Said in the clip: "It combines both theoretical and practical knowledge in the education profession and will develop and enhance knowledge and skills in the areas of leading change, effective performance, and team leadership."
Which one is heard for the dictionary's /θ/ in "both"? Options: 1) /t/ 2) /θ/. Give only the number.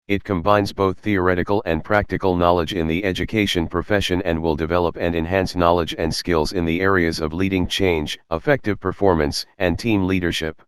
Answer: 2